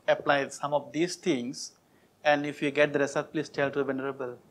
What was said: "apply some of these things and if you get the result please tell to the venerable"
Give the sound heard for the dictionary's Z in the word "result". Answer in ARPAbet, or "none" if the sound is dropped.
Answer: S